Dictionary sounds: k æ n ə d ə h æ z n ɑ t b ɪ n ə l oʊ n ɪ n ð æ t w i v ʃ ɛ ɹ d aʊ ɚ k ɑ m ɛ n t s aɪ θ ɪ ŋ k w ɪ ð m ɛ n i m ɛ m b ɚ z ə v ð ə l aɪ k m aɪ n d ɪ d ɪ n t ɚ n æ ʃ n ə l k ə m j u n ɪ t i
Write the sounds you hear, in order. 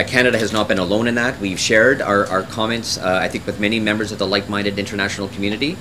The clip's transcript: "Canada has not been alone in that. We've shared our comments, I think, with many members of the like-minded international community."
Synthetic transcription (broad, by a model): k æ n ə d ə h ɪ z n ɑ t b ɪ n ə l oʊ n ɪ n ð æ t w i v ʃ ɛ ɹ d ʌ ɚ k ɑ m ɛ n t s aɪ θ ɪ ŋ k w ɪ ð m ɛ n i m ɛ m b ɚ z ə v ð ə l aɪ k m aɪ n d ɪ d ɪ n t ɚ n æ ʃ n l k m j u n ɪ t i